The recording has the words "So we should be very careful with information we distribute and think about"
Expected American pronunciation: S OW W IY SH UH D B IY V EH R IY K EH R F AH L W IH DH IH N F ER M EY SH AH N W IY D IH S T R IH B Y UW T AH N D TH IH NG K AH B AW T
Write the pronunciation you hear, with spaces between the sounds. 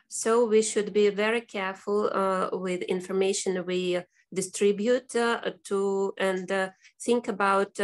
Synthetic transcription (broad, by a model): S OW W IY SH UH D B IY V EH R IY K EH R F AH L W IH DH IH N F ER M EY SH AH N W IY D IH S T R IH B Y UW T AH N D TH IH NG K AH B AW T